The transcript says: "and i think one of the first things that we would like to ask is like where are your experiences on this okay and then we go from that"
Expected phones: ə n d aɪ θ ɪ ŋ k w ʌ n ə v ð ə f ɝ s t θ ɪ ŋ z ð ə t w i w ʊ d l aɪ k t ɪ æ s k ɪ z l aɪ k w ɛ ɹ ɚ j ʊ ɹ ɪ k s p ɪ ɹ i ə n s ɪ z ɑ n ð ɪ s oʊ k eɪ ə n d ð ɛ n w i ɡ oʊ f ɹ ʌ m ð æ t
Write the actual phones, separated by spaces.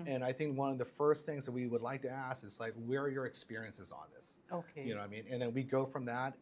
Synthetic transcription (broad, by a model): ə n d aɪ θ ɪ ŋ k w ʌ n ə v ð ə f ɝ s t θ ɪ ŋ z ð ə t w i w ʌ d l aɪ k t ɪ æ s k ɪ z l aɪ k w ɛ ɹ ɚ j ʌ ɹ ɪ k s p ɪ ɹ i ə n s ɪ z n ð ɪ s oʊ k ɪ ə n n ð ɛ n w i ɡ oʊ f ɹ ʌ m ð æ t